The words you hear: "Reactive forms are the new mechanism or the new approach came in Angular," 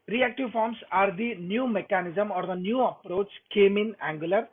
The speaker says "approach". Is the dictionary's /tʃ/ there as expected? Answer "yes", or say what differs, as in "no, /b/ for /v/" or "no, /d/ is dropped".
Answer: yes